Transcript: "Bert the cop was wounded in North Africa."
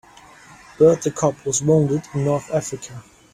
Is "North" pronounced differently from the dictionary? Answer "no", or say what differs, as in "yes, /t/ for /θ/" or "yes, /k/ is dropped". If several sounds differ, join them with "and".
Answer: no